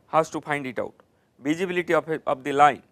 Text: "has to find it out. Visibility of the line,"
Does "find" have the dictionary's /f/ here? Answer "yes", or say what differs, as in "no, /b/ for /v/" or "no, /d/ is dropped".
no, /p/ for /f/